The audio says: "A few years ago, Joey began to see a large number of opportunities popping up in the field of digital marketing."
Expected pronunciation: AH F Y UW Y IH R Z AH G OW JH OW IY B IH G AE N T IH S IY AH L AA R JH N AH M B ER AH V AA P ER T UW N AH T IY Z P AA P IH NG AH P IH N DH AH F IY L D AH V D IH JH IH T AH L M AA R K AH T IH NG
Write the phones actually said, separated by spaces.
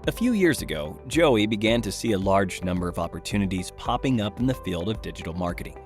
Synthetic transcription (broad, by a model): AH F Y UW Y IH R Z AH G OW JH OW IY B IH G AE N T IH S IY AH L AA R JH N AH M B ER AH V AA P ER T UW N AH T IY Z P AA P IH NG AH P N DH AH F IY L D AH V D IH JH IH T L M AA R K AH T IH NG